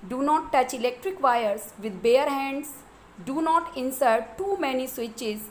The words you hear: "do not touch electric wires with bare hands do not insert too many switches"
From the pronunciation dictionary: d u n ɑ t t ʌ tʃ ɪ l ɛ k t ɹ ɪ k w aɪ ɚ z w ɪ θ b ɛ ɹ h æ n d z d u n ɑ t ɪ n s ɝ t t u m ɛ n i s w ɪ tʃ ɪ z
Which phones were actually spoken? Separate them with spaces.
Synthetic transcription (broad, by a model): d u n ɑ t t ʌ tʃ ɪ l ɛ k t ɹ ɪ k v aɪ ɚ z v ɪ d b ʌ ɹ h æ n d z d u n ɑ t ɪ n s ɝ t t u m ɛ n i s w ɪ tʃ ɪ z